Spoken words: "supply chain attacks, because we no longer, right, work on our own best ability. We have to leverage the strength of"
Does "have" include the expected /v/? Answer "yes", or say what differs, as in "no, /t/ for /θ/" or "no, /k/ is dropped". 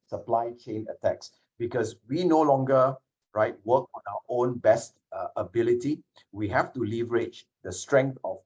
no, /f/ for /v/